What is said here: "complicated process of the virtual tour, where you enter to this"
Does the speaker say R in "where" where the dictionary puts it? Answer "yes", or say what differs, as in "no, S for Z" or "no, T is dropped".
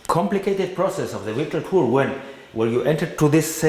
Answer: no, L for R